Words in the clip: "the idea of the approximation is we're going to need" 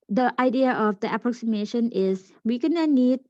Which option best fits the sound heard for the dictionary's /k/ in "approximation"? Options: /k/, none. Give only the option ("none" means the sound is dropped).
/k/